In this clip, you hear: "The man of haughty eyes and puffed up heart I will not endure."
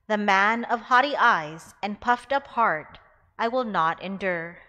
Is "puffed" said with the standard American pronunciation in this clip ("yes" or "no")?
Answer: yes